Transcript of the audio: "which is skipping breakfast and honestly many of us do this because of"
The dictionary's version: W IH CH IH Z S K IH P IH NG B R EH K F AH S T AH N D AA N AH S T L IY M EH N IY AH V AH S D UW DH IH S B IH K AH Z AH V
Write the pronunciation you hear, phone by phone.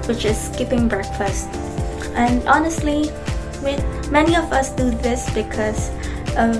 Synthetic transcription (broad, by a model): W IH CH IH Z S K IH P IH NG B R EH K F AH S T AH N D AA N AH S T L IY M EH N IY AH V AH S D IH DH IH S B IH K AH Z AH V